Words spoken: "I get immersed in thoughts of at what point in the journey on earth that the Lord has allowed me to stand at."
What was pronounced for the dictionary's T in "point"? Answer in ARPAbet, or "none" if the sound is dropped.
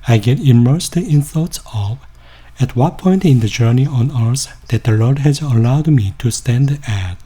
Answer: T